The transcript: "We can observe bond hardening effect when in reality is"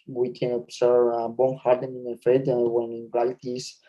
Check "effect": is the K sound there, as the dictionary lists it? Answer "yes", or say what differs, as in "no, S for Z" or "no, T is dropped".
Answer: no, K is dropped